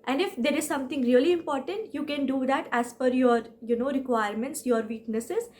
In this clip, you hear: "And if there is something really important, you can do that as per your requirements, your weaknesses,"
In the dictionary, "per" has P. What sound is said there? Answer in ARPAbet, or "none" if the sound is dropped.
F